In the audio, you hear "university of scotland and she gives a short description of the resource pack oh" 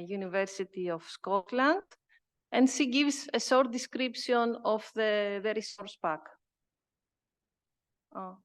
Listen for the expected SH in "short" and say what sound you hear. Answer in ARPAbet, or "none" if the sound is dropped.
S